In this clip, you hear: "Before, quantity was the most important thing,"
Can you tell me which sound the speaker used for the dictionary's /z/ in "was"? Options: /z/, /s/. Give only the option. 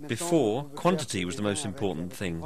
/z/